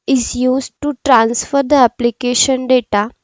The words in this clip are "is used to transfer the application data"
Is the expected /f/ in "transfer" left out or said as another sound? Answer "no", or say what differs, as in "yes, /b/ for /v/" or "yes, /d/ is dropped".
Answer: no